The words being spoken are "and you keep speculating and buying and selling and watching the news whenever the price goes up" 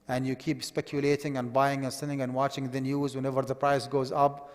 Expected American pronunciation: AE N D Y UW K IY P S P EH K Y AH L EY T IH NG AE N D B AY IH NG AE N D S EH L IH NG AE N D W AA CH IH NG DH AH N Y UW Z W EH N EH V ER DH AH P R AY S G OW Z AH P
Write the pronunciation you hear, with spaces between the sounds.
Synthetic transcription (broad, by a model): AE N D Y UW K IY P S P EH K Y AH L EY T IH NG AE N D B AY IH NG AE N S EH N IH NG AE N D W AA CH IH NG DH AH N Y UW Z W EH N EH V ER DH AH P R AY S G OW Z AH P